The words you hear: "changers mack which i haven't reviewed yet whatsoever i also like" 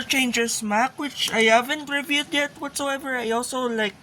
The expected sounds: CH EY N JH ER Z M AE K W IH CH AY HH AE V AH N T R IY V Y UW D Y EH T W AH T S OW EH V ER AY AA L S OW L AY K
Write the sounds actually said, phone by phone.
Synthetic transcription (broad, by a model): CH EY N JH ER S M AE K W IH CH AY HH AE V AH N T R IY V Y UW D Y EH T W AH T S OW EH V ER AY AA L S OW L AY K